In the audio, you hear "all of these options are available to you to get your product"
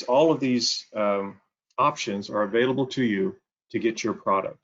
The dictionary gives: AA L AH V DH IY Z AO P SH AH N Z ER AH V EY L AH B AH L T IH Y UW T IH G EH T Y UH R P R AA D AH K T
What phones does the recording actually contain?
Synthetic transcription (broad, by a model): AA L AH V DH IY Z AO P SH AH N Z ER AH V EY L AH B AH L T IH Y UW T IH G EH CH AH R P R AA D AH K T